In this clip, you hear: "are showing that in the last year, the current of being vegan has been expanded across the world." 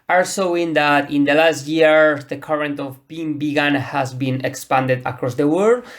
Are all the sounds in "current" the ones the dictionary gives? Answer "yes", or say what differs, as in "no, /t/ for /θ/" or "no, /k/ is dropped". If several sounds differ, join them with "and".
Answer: yes